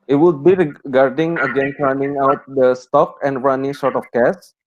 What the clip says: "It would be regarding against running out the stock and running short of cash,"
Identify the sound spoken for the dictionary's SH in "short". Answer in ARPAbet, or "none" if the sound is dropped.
S